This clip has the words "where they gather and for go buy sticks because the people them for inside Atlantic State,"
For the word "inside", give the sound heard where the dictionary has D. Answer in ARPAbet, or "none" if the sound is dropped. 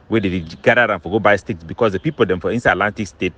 none